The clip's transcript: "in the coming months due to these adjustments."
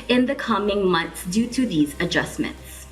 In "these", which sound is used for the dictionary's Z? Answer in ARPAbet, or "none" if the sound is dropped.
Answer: Z